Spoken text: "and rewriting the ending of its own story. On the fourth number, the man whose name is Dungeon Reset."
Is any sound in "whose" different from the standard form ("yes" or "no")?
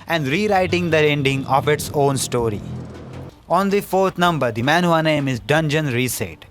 yes